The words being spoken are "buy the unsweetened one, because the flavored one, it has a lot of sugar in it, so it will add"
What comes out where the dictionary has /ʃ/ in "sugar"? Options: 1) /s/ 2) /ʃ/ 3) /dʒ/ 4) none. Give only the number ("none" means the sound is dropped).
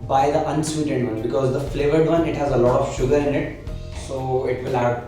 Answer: 2